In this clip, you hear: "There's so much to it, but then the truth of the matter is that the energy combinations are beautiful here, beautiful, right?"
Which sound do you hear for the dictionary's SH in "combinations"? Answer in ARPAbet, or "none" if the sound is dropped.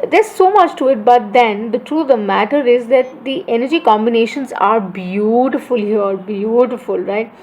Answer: SH